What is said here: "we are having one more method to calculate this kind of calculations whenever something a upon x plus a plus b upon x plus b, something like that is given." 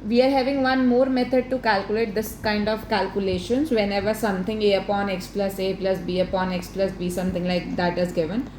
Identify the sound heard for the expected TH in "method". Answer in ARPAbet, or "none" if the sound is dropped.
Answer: T